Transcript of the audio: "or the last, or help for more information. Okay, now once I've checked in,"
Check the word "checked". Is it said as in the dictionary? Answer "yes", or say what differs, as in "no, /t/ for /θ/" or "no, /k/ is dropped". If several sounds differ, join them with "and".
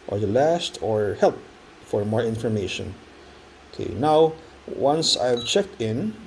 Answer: yes